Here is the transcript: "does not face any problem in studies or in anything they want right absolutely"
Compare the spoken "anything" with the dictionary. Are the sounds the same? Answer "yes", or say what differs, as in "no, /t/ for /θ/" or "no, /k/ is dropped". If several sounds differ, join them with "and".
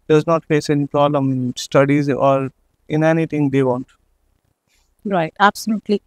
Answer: no, /t/ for /θ/